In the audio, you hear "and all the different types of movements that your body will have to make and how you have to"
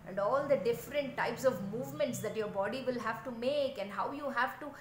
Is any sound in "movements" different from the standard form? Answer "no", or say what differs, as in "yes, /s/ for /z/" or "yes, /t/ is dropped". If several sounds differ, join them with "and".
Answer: no